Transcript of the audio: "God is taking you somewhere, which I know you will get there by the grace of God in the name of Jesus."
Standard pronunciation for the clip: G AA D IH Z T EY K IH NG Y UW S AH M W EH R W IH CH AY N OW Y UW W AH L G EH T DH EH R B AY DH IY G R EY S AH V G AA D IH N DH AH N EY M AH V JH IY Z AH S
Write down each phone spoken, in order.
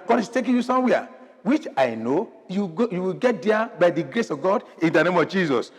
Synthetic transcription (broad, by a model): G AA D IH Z T EY K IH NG Y UW S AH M W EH W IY CH AY N OW Y UW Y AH W G EH T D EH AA B AY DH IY G R EY S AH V G AA D IH N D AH N EY M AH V JH IY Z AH S